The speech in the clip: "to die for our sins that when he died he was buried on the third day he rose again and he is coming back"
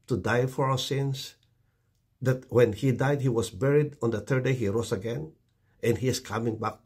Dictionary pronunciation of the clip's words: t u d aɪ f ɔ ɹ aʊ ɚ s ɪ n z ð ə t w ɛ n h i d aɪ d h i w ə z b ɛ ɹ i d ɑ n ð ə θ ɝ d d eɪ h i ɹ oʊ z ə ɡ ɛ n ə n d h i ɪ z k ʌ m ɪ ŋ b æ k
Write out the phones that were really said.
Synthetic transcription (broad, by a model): t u d aɪ f ɔ ɹ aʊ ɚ s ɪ n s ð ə t w ɛ n h i d aɪ d h i w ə s b ɛ ɹ i d ɑ n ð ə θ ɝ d d eɪ h i ɹ oʊ s ə ɡ ɛ n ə n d h i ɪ s k ʌ m ɪ ŋ b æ k